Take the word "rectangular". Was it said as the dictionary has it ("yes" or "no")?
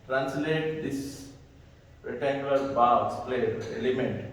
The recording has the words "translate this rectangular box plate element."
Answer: no